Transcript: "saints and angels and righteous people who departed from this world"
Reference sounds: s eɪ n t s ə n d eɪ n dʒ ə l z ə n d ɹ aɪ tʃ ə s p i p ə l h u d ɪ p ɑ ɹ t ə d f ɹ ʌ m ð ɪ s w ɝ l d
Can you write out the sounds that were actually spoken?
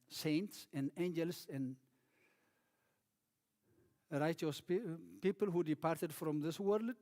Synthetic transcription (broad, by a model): s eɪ n t s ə n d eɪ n dʒ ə l s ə n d ɹ aɪ tʃ ə s p i p ə l h u d ɪ p ɑ ɹ t ə d f ɹ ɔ m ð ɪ s w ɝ l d